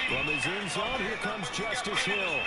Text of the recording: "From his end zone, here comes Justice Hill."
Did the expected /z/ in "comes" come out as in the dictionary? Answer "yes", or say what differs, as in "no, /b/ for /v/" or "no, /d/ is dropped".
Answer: yes